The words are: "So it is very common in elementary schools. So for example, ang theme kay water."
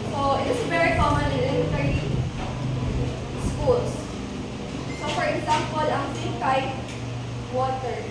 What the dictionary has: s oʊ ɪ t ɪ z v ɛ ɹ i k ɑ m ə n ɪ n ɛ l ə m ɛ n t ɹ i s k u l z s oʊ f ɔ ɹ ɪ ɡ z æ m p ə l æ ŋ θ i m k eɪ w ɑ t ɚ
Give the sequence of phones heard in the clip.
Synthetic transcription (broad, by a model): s oʊ ɪ t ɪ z v ɛ ɹ i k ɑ m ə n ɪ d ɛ ə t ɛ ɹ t i s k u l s s oʊ f ɔ ɹ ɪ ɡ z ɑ m p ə l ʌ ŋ s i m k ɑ w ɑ t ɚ